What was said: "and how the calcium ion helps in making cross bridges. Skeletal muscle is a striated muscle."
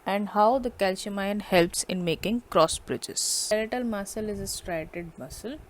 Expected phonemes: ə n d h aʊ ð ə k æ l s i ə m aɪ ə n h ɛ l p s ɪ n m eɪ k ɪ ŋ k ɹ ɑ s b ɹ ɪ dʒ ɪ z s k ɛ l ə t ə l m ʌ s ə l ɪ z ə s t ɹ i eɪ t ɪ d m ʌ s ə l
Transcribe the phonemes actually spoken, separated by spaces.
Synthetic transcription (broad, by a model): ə n d h aʊ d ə k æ l ʃ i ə m aɪ ə n h ɛ l p s ɪ n m eɪ k ɪ ŋ k ɹ ɑ s b ɹ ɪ dʒ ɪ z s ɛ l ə t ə l m ʌ s ə l ɪ z ə s t ɹ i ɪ t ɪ d m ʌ s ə l